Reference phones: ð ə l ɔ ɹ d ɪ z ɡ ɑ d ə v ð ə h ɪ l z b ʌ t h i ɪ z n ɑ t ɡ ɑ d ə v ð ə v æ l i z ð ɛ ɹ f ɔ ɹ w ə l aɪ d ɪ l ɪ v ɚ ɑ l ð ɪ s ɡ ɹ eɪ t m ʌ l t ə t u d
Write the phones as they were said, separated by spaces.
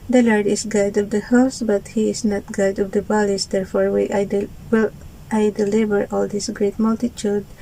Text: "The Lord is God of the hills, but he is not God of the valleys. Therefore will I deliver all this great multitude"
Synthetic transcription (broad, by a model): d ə l ɔ ɹ d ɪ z ɡ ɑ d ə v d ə h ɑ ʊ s b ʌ t h i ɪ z n ɑ t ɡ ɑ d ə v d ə b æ l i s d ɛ ɹ f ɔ ɹ w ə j aɪ d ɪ l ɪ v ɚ ɑ l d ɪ s ɡ ɹ eɪ t m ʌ l t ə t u d